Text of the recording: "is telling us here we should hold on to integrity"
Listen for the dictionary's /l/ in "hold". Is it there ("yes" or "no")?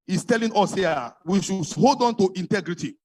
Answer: yes